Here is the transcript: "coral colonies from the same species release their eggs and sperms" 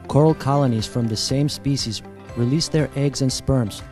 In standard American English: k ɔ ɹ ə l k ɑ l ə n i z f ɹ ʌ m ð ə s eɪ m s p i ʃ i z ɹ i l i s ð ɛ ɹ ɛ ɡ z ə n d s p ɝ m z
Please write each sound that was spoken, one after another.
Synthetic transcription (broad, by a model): k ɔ ɹ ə l k ɑ l ə n i z f ɹ ʌ m ð ə s eɪ m s p i ʃ i z ɹ i l i s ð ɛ ɹ ɛ ɡ z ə n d s p ɝ m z